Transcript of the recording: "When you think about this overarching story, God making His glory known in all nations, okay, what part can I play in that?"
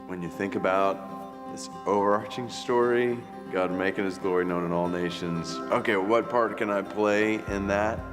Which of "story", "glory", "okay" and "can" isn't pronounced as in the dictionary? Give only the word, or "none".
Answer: none